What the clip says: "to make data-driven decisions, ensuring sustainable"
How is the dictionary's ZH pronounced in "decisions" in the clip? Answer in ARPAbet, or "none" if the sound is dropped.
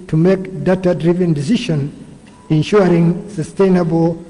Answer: SH